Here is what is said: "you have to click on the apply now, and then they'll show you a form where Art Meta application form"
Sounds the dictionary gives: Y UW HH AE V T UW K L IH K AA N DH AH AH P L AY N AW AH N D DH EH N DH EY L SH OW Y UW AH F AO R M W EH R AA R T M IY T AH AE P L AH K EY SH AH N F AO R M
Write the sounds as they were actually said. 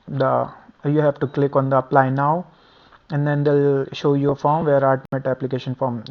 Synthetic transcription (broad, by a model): Y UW HH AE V T UW K L IH K AA N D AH AH P L AY N AW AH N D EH N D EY L SH OW Y UW AH F AO R M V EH R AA L T M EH T AE P L AH K EY SH AH N F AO R M